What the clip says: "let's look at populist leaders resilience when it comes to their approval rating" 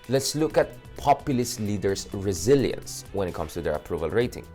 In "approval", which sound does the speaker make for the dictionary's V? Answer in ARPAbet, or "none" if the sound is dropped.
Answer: V